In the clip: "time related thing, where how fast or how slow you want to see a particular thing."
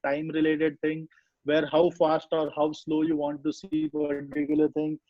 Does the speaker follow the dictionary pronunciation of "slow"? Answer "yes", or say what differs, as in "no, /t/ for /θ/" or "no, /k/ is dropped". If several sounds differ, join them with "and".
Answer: yes